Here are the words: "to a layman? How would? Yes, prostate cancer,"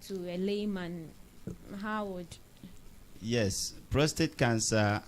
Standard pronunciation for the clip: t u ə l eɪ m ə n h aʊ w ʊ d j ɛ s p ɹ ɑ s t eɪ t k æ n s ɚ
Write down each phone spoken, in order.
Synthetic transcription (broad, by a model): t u ə l eɪ m ə n h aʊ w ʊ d j ɛ s p ɹ ɑ s t eɪ t k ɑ n s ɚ